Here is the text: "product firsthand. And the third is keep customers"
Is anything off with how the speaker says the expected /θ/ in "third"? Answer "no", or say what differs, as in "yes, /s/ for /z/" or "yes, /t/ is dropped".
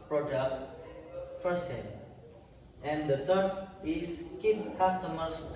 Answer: yes, /t/ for /θ/